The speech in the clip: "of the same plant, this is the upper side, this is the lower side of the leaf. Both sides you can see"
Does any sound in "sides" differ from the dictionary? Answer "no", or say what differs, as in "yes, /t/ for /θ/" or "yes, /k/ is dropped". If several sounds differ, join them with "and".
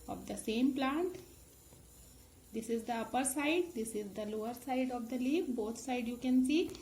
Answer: yes, /z/ is dropped